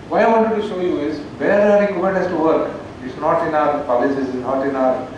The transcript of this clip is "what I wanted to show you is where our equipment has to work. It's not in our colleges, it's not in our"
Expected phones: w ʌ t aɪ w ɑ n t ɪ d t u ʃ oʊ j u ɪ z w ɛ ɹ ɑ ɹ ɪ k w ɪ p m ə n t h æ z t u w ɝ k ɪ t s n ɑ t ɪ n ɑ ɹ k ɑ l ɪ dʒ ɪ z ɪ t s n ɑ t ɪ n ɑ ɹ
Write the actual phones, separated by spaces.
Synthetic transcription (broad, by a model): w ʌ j aɪ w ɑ n t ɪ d t u ʃ oʊ j u ɪ z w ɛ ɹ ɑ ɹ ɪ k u m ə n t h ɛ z t u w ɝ k ɪ t s n ɑ t ɪ n ɑ ɹ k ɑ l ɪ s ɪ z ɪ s n ɑ t ɪ n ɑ ɹ